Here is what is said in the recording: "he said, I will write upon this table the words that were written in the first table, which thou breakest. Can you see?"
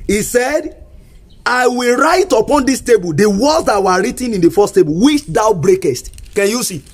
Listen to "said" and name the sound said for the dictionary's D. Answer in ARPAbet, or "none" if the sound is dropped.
D